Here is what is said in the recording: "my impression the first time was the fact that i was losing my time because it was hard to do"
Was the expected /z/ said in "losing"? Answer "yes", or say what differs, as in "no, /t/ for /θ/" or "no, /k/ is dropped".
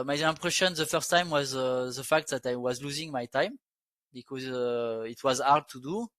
yes